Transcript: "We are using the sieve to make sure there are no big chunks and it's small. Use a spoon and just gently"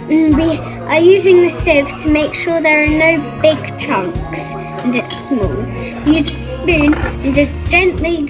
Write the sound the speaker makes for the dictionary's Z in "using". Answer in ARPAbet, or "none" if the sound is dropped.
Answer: Z